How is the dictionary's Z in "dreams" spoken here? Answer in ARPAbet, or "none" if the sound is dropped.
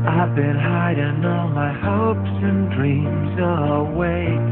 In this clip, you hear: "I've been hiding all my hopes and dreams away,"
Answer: Z